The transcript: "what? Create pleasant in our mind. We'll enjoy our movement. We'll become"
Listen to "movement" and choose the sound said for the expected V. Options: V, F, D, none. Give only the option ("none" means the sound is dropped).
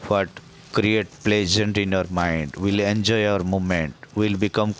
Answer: none